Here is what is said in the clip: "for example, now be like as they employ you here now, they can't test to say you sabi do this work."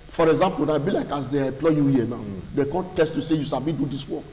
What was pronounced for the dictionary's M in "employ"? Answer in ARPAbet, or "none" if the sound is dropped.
none